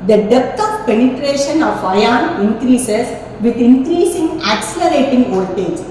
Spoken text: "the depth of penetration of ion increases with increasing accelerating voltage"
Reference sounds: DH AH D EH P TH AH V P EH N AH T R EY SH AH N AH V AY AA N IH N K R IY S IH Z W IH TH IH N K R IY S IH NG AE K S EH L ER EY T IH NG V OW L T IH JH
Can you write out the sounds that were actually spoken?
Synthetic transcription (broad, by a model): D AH D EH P T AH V P EH N AH T R EY SH AH N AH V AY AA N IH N K R IY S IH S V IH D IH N K R IY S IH NG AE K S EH L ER EY T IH NG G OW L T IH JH